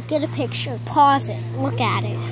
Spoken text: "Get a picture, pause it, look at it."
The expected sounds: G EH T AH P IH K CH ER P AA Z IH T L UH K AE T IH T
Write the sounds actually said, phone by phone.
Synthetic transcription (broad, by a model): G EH T AH P IH K CH ER P AA Z IH T L UH K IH T IH T